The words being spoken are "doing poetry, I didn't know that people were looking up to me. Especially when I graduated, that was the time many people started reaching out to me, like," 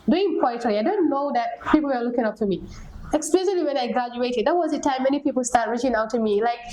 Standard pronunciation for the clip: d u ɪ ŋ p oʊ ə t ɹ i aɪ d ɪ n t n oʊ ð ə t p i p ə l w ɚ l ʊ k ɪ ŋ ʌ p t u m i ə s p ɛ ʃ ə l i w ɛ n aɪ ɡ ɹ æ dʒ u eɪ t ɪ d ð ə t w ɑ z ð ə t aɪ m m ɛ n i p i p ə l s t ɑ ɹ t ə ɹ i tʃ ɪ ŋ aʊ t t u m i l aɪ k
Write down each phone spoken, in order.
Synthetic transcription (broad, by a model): d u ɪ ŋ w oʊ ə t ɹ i aɪ d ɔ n n oʊ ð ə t p i p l w ɚ l ʊ k ɪ ŋ ʌ p t u m i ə s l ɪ s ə l i w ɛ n aɪ ɡ ɹ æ dʒ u eɪ t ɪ d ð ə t w ɑ z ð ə t aɪ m m ɛ n i p i p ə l s t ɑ ɹ t ɹ i tʃ ɪ ŋ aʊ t t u m i l aɪ k